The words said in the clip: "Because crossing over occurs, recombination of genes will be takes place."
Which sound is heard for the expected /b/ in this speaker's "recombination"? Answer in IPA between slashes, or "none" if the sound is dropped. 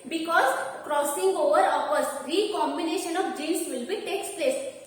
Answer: /b/